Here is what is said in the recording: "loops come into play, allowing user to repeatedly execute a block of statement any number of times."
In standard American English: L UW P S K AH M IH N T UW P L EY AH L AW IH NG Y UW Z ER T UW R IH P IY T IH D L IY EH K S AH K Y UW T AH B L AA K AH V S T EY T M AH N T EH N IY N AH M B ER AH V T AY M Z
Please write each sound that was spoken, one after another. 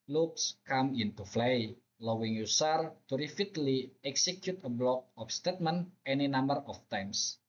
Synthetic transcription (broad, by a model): L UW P S K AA M IH N T UW F L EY L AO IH NG Y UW S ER T UW R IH F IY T L IY EH K S AH K Y UW T AH B L AA K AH F S T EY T M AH N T EH N IY N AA M B ER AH F T AY M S